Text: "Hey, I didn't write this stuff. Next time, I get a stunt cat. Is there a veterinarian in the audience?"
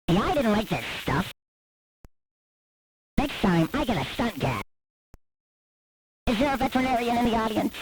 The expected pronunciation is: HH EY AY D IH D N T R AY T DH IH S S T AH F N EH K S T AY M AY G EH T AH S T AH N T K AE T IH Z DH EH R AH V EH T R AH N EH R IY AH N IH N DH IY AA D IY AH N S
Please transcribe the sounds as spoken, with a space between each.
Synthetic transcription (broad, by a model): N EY AY D IH D N T L AY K DH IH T S T AH F N EH K S T AY M AY G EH T AH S T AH N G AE IH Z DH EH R AH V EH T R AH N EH R IY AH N IH N DH IY AA D IY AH N S